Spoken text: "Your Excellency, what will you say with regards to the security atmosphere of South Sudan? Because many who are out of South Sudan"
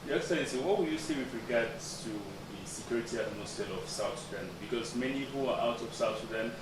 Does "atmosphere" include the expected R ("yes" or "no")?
no